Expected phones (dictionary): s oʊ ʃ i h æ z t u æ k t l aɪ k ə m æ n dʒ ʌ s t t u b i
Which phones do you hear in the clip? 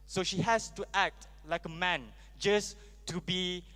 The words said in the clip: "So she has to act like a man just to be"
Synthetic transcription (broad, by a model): s oʊ ʃ i h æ s t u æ k t l aɪ k ə m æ n dʒ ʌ s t t u b i